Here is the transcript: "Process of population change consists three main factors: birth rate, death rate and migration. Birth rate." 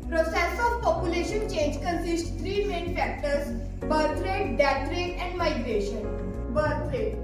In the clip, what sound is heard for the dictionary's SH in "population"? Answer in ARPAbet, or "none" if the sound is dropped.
SH